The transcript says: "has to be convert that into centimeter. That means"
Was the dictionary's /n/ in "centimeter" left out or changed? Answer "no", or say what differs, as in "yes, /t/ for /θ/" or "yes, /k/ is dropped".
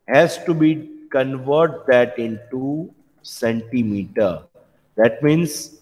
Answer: no